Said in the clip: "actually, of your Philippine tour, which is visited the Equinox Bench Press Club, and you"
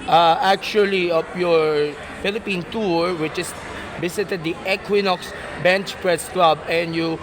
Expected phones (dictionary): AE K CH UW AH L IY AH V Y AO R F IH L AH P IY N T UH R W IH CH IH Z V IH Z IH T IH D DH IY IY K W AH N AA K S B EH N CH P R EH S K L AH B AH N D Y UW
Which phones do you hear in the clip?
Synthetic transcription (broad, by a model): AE K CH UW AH L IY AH P Y AO R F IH L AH P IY N T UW R W IH CH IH S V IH S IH T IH D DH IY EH K W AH N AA K S B EH N CH P R EH S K L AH B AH N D Y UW